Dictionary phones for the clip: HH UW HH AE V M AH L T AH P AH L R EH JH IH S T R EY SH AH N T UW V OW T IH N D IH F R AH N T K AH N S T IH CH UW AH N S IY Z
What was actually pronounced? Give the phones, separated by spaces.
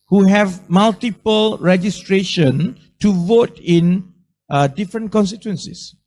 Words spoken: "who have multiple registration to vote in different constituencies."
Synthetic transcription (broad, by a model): HH UW HH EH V M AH L T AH P AH L R EH JH IH S T R EY SH AH N T UW V OW T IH N D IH F R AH N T K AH N S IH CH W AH N S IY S